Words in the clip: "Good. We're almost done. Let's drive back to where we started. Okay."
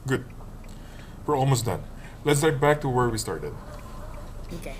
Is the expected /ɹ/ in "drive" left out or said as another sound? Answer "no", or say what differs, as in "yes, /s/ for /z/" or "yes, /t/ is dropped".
yes, /ɹ/ is dropped